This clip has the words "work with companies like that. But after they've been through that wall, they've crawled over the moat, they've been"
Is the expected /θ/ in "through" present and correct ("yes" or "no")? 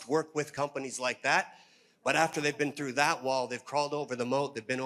yes